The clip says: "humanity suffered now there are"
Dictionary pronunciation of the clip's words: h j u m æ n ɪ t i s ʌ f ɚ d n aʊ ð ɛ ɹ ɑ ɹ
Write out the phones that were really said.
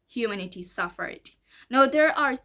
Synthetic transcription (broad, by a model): h j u m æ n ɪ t i s ʌ f ɚ d n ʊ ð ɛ ɹ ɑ ɹ